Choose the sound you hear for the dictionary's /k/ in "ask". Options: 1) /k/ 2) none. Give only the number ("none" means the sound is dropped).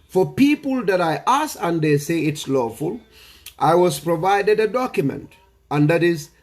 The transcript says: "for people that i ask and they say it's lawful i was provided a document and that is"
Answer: 2